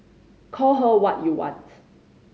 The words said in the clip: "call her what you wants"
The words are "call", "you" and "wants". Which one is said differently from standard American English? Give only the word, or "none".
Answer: wants